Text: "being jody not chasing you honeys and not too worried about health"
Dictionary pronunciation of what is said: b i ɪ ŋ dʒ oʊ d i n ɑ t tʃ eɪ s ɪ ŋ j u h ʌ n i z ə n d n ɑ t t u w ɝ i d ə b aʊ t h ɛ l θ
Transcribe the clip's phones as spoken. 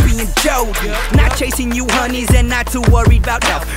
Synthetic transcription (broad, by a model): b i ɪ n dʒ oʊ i n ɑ t tʃ eɪ s ɪ ŋ j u h ʌ n i z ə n n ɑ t t u w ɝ i ə b aʊ t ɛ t